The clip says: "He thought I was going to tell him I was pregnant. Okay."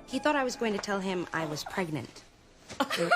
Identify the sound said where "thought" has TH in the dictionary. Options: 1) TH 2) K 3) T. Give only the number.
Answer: 1